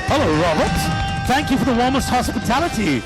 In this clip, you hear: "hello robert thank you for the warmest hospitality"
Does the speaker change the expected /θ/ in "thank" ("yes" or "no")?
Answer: no